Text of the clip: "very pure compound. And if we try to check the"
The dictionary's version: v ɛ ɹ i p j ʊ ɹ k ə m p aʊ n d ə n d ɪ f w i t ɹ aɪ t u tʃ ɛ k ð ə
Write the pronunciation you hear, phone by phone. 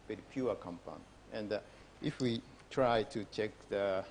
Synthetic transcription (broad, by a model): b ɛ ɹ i p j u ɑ k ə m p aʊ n ə n d ɪ f w i t ɹ aɪ t u tʃ ɛ k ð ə